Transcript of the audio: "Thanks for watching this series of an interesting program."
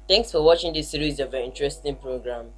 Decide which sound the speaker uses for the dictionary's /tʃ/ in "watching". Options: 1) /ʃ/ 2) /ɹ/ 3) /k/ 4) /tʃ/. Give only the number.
4